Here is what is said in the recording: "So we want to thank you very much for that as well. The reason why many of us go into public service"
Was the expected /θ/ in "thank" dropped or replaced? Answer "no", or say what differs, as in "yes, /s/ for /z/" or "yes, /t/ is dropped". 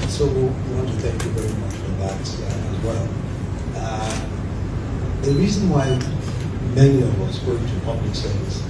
no